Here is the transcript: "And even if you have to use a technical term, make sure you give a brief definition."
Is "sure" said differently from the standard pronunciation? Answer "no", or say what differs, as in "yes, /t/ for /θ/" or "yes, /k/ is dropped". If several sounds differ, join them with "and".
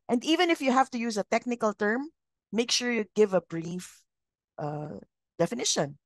no